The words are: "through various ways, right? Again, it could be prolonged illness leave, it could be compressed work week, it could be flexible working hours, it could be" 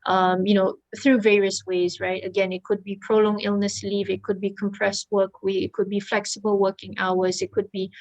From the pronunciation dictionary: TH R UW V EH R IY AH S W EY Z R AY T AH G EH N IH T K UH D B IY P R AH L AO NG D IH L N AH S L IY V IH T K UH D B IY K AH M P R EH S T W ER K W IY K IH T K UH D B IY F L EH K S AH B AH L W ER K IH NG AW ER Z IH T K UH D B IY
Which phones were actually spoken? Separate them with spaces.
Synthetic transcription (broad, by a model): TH R UW V EH R IY AH S W EY Z R AY T AH G EH N IH T K UH D B IY P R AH L AO NG IH L N AH S L IY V IH T K UH D B IY K AH M P R EH S T W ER K W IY IH T K UH D B IY F L EH K S AH B AH L W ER K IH NG AW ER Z IH T K UH D B IY